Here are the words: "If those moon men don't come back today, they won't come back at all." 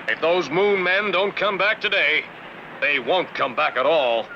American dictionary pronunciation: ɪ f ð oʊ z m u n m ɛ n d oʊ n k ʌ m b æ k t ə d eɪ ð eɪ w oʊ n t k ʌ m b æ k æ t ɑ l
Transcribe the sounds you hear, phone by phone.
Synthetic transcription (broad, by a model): ɪ f ð oʊ z m u n m ɛ n d oʊ n k ʌ m b æ k t ə d eɪ ð eɪ w oʊ n k ʌ m b æ k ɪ t ɑ l